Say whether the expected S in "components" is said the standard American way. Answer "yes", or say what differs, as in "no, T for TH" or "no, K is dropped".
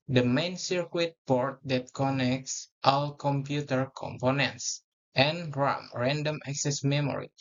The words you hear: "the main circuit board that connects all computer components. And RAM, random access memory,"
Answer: yes